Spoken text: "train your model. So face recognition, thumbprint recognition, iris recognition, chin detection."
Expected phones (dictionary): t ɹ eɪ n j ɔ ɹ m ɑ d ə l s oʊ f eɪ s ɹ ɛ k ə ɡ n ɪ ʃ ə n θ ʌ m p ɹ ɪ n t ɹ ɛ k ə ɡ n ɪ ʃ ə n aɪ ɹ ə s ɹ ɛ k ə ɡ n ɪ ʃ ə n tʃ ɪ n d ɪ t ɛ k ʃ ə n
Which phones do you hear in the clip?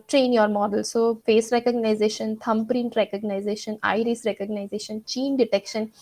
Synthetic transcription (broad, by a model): t ɹ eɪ n j ɔ ɹ m ɑ d ə l s oʊ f eɪ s ɹ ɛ k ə ɡ n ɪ ʃ ə n t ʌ m p ɹ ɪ n t ɹ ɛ k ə ɡ n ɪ ʃ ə n aɪ ɹ ə s ɹ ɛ k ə ɡ n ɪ ʃ ə n tʃ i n d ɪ t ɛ k ʃ ə n